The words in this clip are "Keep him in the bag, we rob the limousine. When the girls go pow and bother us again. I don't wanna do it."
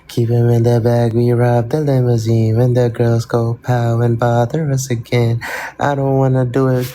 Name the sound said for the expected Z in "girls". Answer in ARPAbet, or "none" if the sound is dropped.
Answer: Z